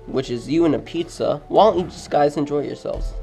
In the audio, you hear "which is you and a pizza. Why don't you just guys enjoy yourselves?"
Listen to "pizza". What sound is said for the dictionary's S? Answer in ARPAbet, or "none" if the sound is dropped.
S